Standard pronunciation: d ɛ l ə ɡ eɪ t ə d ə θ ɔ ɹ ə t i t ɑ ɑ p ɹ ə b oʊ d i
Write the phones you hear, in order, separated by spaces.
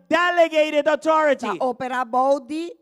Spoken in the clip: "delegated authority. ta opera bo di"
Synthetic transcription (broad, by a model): d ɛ l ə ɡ eɪ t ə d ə t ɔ ɹ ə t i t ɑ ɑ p ɹ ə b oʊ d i